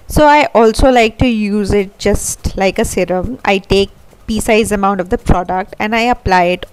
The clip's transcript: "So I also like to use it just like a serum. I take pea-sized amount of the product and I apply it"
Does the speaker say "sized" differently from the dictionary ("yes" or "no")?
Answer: yes